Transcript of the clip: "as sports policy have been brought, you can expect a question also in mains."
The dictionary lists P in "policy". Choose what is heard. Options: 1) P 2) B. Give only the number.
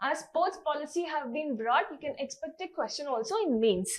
1